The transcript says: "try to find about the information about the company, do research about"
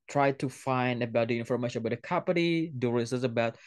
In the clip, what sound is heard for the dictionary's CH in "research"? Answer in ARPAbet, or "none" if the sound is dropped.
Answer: S